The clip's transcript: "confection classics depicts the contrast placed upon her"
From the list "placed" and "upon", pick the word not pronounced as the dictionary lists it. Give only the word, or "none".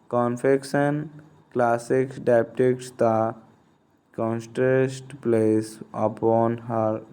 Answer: placed